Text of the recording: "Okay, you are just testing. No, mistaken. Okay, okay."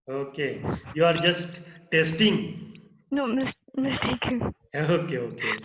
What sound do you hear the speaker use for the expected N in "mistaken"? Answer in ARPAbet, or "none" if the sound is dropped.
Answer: none